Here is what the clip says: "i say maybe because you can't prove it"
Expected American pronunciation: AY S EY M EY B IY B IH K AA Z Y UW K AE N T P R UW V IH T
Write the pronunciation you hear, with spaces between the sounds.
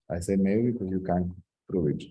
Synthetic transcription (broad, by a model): AY S EY M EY IY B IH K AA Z Y UW K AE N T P R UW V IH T